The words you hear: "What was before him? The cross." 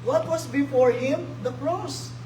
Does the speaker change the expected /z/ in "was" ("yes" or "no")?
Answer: yes